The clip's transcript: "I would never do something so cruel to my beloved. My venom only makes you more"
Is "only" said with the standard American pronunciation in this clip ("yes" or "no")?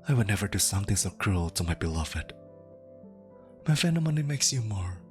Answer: no